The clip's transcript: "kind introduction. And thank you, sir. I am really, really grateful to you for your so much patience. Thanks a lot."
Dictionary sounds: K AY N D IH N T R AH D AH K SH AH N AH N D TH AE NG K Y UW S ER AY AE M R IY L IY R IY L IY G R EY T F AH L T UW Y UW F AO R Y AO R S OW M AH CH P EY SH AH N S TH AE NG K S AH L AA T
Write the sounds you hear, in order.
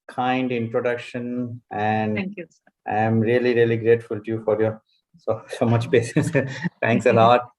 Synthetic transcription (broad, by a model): K AY N D IH N T R AH D AH K SH AH N AH N D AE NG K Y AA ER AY M R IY L IY R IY L IY G R EY T F AH L T UW Y UW F AO R Y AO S S OW M AH CH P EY S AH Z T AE NG K S AH L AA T